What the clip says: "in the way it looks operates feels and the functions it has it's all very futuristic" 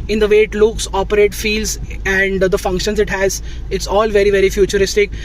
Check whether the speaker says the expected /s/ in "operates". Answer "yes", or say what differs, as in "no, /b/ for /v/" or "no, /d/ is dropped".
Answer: no, /s/ is dropped